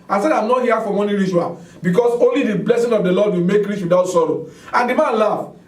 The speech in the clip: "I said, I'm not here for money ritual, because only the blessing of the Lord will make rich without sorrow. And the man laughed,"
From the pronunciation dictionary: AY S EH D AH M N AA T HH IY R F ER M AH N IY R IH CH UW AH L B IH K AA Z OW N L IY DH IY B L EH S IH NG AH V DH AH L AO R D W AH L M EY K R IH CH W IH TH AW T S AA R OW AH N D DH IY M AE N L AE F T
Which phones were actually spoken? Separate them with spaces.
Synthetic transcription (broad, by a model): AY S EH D AH M N AA T HH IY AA F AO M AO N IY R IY SH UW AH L B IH K AA S OW N L IY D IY B L EH S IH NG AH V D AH L AO D W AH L M EY K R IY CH W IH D AW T S AA R OW AH N D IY M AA N L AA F